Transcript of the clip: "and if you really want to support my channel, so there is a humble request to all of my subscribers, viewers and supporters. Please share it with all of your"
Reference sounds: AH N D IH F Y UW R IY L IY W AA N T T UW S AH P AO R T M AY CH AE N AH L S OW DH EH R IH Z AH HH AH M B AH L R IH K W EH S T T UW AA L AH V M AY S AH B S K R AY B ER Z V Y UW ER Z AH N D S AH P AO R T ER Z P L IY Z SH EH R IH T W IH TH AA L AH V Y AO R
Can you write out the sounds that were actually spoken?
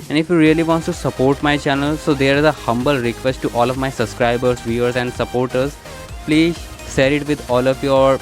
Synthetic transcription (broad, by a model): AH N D IH F Y UW R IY L IY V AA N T T UW S AH P AO R T M AY CH AE N AH L S OW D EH R IH Z AH HH AH M B AH L R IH K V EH S T T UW AA L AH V M AY S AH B S K R AY B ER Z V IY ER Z AH N D S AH P AO R T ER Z P L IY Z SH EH R IH T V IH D AA L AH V Y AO R